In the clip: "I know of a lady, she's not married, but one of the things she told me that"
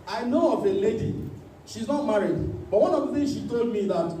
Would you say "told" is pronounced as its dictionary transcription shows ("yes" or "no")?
yes